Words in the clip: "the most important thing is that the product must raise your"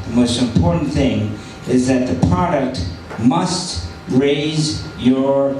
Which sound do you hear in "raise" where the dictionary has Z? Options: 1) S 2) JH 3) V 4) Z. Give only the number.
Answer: 4